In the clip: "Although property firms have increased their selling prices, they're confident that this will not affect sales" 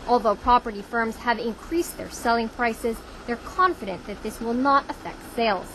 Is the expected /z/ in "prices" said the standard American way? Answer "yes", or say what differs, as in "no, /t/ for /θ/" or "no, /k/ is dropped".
yes